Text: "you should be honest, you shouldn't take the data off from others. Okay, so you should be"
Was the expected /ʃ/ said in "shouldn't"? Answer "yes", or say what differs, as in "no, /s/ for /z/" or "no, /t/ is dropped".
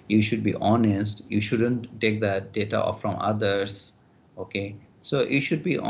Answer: yes